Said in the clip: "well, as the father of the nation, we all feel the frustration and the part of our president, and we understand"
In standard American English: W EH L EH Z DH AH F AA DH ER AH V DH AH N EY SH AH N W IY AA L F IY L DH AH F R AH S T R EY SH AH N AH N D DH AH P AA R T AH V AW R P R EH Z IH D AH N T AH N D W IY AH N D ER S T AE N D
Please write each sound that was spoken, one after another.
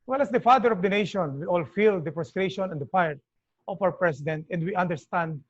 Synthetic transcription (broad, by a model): W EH L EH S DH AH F AA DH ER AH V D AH N EY SH AH N W IY AA L F IY L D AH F R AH S T R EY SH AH N AH N D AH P AA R T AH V AW R P R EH S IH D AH N T AH N D W IY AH N D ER S T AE N D